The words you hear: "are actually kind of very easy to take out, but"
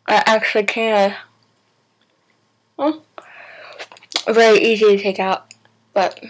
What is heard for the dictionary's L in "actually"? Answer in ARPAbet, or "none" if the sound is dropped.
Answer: L